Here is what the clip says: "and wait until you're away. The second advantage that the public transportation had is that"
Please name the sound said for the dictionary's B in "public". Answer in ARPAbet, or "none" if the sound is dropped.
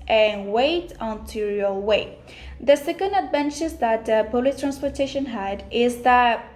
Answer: none